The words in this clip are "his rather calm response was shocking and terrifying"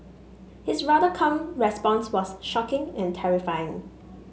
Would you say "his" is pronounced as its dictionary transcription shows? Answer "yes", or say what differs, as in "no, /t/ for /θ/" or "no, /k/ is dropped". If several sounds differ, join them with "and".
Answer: no, /s/ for /z/